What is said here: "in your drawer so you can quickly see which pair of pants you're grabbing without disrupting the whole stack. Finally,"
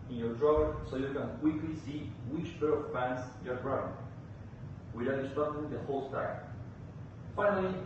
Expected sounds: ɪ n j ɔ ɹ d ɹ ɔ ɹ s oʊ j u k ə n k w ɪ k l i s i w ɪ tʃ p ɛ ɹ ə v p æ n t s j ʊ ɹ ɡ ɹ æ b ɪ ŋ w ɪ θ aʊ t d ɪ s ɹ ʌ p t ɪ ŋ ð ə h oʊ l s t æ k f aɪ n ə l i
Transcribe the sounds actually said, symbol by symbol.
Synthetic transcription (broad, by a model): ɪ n j ɔ ɹ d ɹ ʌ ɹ s oʊ j u k ə n k w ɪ k l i s i w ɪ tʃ b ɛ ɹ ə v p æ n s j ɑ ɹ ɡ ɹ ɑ ɪ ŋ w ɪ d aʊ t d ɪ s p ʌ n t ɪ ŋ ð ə h oʊ l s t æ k f aɪ n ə l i